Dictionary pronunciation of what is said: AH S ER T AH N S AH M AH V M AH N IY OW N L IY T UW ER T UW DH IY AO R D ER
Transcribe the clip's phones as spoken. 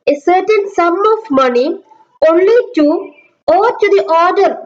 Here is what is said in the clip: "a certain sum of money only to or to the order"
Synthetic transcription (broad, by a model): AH S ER T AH N S AH M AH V M AH N IY OW N L IY T UW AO T UW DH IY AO R D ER